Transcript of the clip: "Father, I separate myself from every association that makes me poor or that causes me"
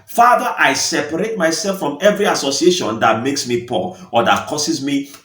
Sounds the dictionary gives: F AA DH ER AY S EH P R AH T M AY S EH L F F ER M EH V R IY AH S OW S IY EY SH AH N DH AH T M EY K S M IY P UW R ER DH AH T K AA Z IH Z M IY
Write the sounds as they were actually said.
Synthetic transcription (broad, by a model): F AA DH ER AY S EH P R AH T M AY S EH L F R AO M EH V R IY AH S OW S IY EY SH AH N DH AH T M EY K S M IY P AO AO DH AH T K AA S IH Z M IY